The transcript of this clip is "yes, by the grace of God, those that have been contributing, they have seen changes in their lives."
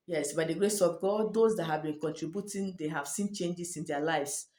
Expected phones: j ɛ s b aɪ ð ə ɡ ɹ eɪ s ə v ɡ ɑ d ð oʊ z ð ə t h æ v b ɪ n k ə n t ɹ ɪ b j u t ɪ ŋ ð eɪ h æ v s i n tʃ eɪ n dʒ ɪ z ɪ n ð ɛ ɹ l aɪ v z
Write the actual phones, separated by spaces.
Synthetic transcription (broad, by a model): j ɛ s b aɪ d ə ɡ ɹ eɪ s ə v ɡ ɑ d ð oʊ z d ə t h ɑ v b ɪ n k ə n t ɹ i b j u t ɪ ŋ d eɪ h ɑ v s i n tʃ eɪ n dʒ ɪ s ɪ n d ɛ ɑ l aɪ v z